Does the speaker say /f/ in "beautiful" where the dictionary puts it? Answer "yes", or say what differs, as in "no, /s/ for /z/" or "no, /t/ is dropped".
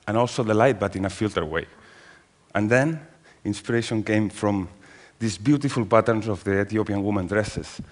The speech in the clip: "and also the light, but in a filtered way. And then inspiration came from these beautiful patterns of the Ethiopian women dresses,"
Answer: yes